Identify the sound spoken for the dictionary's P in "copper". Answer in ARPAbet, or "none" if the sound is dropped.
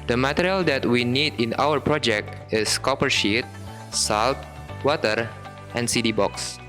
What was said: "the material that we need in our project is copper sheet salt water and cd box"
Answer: P